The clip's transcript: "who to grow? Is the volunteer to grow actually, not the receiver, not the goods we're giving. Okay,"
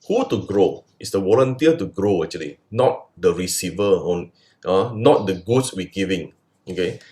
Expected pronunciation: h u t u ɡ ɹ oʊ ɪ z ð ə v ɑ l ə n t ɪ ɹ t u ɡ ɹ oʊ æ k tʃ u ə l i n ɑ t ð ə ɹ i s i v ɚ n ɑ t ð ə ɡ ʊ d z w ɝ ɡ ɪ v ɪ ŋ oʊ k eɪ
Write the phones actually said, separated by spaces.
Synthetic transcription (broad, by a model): h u t u ɡ ɹ oʊ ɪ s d ə w ɑ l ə n t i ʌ t u ɡ ɹ oʊ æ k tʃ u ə l i n ɑ t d ə ɹ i s i v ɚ n ɑ t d ə ɡ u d s w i ɡ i v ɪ ŋ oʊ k eɪ